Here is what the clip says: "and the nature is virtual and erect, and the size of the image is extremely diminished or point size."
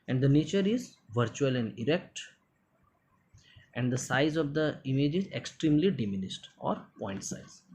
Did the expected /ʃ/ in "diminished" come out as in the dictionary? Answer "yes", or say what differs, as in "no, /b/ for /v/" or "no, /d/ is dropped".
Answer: no, /s/ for /ʃ/